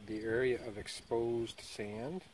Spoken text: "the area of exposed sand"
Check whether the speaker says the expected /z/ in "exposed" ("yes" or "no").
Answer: yes